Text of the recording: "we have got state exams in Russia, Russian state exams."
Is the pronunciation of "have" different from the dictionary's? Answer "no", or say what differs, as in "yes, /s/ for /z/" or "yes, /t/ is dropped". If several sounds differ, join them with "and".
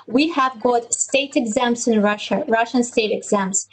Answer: no